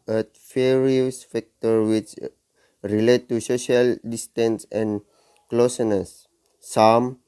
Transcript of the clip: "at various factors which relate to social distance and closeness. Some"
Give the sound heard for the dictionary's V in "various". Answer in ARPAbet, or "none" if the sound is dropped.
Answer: F